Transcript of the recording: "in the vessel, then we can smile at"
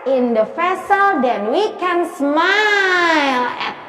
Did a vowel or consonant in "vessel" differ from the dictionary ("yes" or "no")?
yes